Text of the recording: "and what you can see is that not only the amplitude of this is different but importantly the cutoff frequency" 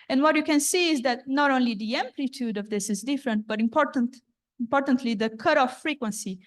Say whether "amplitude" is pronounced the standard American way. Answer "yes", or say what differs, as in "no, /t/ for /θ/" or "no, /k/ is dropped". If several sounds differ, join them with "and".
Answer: yes